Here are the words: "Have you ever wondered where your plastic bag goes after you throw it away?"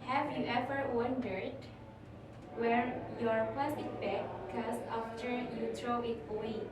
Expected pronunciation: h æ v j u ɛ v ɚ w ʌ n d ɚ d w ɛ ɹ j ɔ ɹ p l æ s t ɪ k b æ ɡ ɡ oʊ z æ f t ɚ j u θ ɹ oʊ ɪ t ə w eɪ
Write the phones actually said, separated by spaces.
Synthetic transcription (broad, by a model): h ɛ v j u ɛ v ɚ w ʌ n d ɚ d w ɛ ɹ j ɔ ɹ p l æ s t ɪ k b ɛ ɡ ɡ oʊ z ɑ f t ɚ j u t ɹ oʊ ɪ t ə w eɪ